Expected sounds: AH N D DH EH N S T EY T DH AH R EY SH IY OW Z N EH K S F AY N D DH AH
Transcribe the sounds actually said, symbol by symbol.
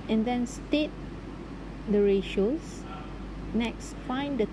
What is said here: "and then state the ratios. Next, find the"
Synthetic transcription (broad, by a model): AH N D EH N S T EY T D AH R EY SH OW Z N EH K S F AY N D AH